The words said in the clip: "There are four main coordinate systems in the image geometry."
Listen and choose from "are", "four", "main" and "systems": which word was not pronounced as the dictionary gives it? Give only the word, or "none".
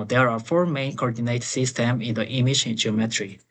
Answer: systems